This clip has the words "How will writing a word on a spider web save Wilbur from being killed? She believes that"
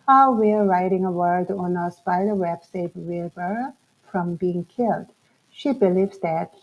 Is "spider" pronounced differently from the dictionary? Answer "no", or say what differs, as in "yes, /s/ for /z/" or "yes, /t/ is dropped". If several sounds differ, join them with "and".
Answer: yes, /b/ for /p/